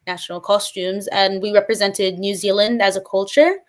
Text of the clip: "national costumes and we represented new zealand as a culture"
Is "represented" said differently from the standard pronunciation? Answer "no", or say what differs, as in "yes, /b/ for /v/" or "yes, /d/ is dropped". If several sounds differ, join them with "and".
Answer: no